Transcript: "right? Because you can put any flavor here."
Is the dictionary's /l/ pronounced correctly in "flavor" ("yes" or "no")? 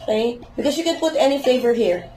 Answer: no